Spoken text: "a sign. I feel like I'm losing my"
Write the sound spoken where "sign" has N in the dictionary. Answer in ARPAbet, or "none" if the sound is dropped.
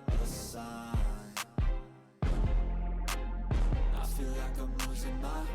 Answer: none